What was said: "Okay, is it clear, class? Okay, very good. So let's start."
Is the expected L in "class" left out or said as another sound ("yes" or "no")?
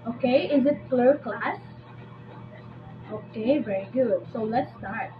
no